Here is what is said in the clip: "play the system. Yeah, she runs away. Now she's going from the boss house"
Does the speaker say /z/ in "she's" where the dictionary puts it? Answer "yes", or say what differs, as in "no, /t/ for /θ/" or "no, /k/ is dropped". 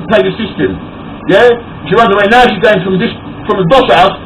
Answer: yes